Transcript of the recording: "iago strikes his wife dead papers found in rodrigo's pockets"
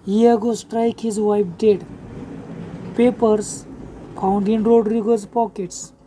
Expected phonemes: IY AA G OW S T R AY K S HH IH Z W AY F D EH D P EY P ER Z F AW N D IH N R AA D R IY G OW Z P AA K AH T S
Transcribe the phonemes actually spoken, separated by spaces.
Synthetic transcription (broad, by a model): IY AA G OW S T R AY K HH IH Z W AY P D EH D P EY P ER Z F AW N D IH N R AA D R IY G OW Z P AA K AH T S